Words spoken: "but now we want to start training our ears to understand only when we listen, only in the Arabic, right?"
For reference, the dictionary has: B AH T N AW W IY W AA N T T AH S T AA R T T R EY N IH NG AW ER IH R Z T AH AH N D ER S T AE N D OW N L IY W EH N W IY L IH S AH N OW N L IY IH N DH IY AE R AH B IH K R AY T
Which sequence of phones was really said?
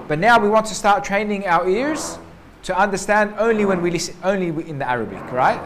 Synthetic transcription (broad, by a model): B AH T N AW W IY W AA N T T AH S T AA R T T R EY N IH NG AW ER IH R Z T AH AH N D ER S T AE N D OW N L IY W EH N W IY L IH S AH UH N L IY IH N DH IY AE R AH B IH K R AY T